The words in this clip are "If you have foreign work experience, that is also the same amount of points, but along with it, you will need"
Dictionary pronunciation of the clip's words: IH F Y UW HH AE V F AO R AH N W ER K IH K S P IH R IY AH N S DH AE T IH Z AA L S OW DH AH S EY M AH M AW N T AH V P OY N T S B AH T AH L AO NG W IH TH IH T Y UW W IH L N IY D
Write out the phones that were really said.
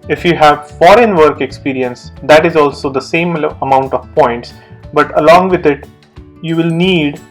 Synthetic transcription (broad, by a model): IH F Y UW HH AE V F AO R AH N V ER K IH K S P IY R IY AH N S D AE T IH Z AA L S OW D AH S EY M AH M AW N T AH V P OY N T S B AH T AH L AO NG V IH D IH T Y UW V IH L N IY D